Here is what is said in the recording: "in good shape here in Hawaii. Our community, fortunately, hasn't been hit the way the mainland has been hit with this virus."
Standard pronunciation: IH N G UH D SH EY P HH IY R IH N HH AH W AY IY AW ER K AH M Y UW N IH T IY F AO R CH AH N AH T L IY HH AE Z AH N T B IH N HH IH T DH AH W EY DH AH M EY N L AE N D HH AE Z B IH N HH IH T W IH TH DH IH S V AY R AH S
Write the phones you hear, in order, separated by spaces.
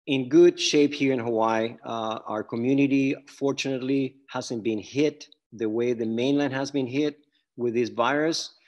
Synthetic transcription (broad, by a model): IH N G UH D SH EY P HH IY R IH N HH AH W AY AW ER K AH M Y UW N IH T IY F AO R CH AH N AH T L IY HH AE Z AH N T B IH N HH IH T DH AH W EY DH AH M EY N L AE N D HH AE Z B IH N HH IH T W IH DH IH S V AY R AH S